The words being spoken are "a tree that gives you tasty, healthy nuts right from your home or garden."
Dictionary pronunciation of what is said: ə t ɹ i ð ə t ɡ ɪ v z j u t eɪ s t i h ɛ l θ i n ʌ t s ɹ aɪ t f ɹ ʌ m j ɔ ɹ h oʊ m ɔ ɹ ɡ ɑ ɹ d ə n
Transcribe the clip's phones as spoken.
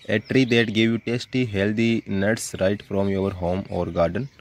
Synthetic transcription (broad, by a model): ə t ɹ i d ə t ɡ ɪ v j u t eɪ s t i h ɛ l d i n ʌ t s ɹ aɪ t f ɹ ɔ m j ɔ ɹ h oʊ m ɔ ɹ ɡ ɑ ɹ d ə n